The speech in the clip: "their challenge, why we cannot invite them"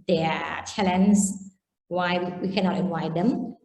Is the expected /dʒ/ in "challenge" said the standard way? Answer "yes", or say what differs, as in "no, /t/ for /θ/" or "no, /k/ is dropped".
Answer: no, /z/ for /dʒ/